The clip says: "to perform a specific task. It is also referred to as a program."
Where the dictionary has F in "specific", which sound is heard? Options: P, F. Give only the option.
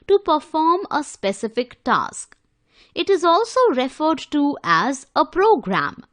F